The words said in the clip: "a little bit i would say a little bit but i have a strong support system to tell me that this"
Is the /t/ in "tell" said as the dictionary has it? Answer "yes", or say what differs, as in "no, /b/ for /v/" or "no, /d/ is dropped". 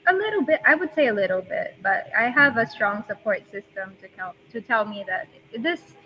yes